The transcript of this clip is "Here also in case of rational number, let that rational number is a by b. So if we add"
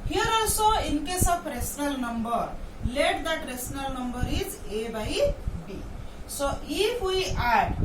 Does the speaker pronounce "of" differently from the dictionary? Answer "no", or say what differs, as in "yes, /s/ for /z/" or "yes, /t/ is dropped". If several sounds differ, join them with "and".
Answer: yes, /p/ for /v/